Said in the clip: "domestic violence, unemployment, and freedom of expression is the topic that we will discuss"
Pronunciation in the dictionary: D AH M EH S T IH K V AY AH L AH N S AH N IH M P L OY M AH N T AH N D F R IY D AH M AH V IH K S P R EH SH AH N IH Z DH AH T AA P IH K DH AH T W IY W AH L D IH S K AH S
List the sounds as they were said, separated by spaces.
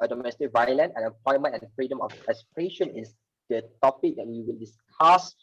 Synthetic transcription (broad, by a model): D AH M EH S T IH K V AY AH L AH N EH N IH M P L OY M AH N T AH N F R IY D AH M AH F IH S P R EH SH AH N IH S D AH T AA P IH K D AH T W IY W AH L D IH S K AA S